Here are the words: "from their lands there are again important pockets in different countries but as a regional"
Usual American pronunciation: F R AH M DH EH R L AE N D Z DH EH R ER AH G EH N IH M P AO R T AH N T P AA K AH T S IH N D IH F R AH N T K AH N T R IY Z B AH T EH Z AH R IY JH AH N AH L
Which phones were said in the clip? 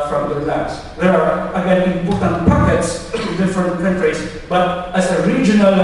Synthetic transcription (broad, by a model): F R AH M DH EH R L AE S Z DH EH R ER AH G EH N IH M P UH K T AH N P AA K AH T S IH N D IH F R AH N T K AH N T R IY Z B AH T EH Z AH R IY JH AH N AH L